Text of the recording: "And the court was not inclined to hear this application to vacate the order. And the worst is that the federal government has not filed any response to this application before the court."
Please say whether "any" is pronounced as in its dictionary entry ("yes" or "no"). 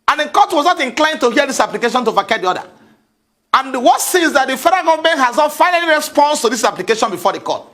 no